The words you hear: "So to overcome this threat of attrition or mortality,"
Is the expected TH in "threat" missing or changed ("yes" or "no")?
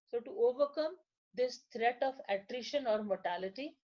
yes